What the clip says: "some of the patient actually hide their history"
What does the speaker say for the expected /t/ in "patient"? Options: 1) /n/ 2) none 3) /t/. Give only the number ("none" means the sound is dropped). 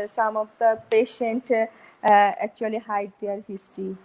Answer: 3